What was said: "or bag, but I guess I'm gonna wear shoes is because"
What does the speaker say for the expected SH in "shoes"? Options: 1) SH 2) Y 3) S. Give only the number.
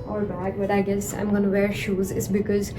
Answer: 1